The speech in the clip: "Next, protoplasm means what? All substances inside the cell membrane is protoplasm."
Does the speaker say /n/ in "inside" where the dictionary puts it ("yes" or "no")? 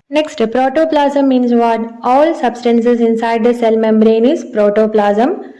yes